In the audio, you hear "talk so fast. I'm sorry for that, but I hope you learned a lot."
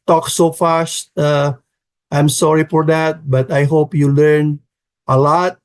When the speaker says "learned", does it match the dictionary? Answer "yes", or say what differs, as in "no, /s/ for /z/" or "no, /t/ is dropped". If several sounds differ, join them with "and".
no, /d/ is dropped